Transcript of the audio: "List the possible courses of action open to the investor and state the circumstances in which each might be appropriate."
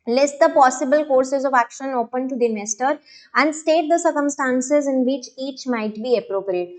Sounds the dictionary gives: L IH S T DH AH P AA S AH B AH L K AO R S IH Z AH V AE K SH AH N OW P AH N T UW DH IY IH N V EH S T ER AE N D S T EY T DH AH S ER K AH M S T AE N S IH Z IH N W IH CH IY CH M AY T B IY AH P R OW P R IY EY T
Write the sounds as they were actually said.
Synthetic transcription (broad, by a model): L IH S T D AH P AA S AH B AH L K AO R S IH Z AH V AE K SH AH N OW P AH N T UW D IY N EH S T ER AE N D S T EY T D AH S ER K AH M S T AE N S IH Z IH N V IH CH IY CH M AY T B IY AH P R OW P R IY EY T